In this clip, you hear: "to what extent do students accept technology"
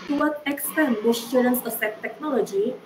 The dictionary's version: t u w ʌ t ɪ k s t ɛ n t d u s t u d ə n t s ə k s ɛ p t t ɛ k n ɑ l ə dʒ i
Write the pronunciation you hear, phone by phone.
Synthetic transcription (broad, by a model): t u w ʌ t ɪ k s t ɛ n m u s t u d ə n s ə s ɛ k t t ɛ k n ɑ l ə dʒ i